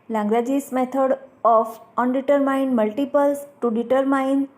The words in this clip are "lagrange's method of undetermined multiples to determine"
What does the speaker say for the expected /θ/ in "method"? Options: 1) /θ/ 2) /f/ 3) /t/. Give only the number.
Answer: 3